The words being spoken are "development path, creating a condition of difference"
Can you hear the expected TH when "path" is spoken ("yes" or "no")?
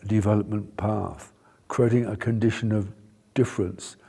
yes